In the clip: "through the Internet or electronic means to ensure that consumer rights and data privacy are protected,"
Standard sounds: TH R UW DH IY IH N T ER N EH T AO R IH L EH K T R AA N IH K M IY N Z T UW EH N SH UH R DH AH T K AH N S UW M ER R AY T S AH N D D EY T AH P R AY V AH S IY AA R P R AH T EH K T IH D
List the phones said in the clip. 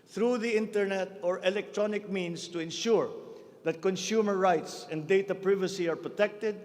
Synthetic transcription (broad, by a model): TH R UW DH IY IH N T ER N EH T AO R IH L EH K T R AA N IH K M IY N S T UW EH N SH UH R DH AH T K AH N S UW M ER R AY T S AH N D D EY T AH P R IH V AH S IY AA R P R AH T EH K T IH D